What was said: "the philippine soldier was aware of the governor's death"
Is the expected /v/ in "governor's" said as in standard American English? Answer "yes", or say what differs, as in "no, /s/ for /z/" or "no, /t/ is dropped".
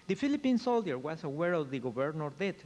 no, /b/ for /v/